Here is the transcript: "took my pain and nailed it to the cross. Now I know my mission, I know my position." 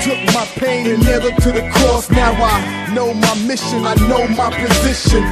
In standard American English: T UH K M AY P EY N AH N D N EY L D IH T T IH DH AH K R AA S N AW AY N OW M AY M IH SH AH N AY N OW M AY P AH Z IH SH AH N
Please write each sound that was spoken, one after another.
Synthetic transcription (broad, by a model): T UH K M AY P EY N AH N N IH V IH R T IH DH AH K R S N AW AY N OW M AY M IH SH AH N AY N OW M AY P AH Z IH SH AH N